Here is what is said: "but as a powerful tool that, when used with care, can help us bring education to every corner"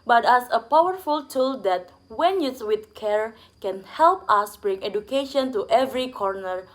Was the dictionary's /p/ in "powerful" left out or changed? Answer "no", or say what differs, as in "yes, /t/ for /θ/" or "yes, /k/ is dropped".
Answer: no